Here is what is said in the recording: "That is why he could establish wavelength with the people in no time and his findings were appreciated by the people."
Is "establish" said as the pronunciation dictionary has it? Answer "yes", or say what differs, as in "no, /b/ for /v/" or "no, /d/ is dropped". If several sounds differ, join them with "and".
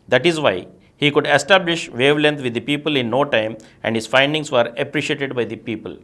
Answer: yes